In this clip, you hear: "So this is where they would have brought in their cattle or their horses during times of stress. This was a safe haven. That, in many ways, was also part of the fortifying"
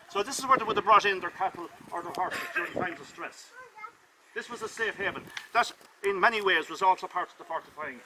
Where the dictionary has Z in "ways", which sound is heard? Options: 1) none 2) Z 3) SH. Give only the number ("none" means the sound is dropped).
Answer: 2